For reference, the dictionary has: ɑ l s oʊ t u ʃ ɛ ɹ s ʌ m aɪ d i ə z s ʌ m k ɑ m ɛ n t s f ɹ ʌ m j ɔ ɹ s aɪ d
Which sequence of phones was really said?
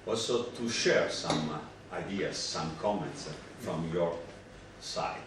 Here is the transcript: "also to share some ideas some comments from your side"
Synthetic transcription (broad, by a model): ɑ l s oʊ t u ʃ ɛ ɹ s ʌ m aɪ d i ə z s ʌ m k ɑ m ɛ n t s f ɹ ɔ m j ɔ ɹ s aɪ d